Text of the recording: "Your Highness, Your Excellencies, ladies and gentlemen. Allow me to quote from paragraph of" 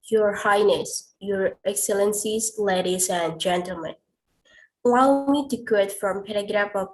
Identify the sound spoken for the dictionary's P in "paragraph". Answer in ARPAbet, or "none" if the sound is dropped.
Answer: P